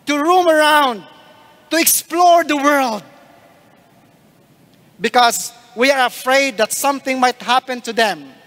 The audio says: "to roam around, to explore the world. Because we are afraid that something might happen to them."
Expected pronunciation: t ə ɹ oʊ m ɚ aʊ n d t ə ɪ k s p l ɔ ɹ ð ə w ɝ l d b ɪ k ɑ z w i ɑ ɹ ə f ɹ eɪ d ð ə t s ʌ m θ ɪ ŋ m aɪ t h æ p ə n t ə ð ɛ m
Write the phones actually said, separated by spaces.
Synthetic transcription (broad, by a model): t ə ɹ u m ɚ aʊ n d t ə ɪ k s p l ɔ ɹ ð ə w ɝ l d b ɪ k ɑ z w i ɑ ɹ ə f ɹ eɪ d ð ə t s ʌ m θ ɪ ŋ m aɪ t h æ p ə n t ə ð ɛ m